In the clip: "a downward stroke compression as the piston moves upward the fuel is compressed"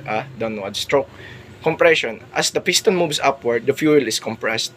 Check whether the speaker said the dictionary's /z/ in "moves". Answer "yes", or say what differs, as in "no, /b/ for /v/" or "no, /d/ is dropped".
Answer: no, /s/ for /z/